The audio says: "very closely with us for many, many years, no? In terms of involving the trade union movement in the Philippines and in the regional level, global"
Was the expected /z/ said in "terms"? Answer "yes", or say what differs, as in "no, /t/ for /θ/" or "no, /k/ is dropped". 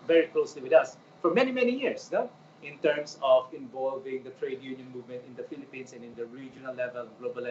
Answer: no, /s/ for /z/